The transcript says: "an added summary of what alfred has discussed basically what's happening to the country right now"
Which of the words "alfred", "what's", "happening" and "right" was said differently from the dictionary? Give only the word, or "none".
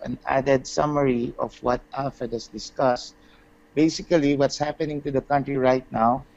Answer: alfred